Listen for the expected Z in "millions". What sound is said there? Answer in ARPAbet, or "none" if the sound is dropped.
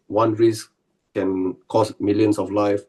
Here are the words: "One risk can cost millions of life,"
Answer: S